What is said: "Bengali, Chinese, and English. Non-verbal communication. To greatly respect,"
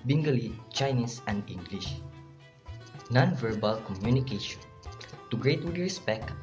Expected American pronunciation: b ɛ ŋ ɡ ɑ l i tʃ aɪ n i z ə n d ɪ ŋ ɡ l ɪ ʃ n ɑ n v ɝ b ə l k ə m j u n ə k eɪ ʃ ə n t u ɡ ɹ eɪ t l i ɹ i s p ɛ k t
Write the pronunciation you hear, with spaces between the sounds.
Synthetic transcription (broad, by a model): b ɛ ŋ ɡ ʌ l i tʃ aɪ n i s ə n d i ŋ ɡ l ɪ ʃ n ɑ n v ɝ b ə l k ə m j u n ə k eɪ ʃ ə n t u ɡ ɹ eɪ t w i ɹ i s p ɛ k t